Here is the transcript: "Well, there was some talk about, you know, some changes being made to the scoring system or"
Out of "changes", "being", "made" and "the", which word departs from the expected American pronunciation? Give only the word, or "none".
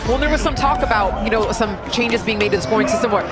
none